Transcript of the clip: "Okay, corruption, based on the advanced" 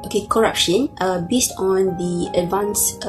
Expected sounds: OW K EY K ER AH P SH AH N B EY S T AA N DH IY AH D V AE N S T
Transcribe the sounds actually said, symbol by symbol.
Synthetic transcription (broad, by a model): OW K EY K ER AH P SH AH N B EY S T AA N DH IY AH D V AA N S